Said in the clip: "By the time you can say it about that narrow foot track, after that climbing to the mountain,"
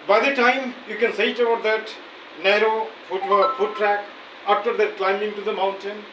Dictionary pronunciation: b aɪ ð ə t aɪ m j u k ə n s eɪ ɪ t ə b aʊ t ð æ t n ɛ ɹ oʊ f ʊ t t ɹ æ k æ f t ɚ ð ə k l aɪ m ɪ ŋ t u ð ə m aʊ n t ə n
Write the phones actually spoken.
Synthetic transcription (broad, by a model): b aɪ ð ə t aɪ m j u k ə n s eɪ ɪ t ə ʌ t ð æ t n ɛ ɹ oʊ f ʊ t t ɹ æ k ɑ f t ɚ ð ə k l aɪ m ɪ ŋ t u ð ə m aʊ n t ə n